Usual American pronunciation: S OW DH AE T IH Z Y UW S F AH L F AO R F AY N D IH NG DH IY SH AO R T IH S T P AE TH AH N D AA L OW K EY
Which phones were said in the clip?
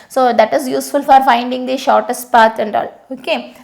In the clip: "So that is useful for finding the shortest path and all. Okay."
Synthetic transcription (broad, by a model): S OW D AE T IH Z Y UW S F AH L F AO R F AY N D IH NG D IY SH AO R T IH S T P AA T AH N D AA L OW K EY